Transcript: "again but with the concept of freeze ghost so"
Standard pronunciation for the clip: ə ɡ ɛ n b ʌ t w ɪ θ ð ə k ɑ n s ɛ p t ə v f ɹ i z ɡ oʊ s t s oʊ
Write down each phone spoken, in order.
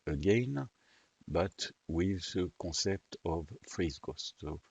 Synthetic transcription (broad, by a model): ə ɡ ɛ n b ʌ t w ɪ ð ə k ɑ s ɛ p t ə v f ɹ i z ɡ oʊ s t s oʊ